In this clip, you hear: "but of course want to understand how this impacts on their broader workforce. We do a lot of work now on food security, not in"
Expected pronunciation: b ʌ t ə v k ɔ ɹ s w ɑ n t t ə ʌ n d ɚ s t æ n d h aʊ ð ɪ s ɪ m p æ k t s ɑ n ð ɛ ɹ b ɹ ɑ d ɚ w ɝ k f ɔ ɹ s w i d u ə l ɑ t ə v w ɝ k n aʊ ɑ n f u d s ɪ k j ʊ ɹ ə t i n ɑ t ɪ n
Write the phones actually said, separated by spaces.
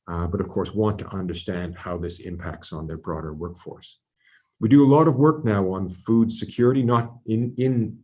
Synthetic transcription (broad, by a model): b ʌ t ə v k ɔ ɹ s w ɑ n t t ə ʌ n d ɚ s t æ n d h aʊ ð ɪ s ɪ m p æ k t s n ð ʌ ɹ b ɹ ɑ d ɚ w ɝ k f ɔ ɹ s w i d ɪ ə l ɑ t ə v w ɝ k n aʊ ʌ n f u d s ɪ k j ʊ ɹ ə t i n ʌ t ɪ n